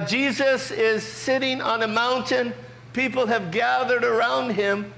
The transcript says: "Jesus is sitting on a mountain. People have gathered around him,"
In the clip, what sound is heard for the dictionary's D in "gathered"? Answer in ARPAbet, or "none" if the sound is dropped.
D